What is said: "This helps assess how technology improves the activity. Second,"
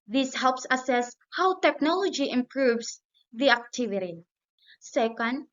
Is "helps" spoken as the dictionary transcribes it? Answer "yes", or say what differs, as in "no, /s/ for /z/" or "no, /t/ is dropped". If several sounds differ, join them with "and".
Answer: yes